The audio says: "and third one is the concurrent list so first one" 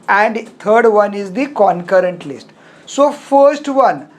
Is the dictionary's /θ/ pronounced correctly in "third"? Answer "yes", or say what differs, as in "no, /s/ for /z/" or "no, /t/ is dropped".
no, /t/ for /θ/